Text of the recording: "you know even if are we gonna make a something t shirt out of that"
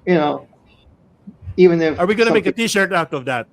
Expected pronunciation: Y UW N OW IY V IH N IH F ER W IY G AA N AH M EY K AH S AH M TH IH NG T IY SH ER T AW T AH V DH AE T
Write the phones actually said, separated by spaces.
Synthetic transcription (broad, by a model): Y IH N OW IY V IH N IH F ER W IY G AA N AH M EY AH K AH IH T IY SH ER T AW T AH V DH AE T